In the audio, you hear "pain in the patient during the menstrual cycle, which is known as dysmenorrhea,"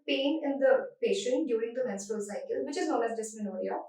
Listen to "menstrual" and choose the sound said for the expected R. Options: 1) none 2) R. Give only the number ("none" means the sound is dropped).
1